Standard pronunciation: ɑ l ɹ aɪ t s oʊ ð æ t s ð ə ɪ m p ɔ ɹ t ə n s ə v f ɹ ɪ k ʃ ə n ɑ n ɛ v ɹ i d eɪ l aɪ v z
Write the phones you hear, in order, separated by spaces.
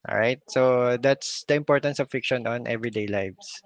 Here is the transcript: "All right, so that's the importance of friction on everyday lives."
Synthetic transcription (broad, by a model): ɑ ɹ aɪ t s oʊ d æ t s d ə ɪ m p ɔ ɹ t ə n s ə v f ɪ k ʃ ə n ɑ n ɛ v ɹ i d eɪ l aɪ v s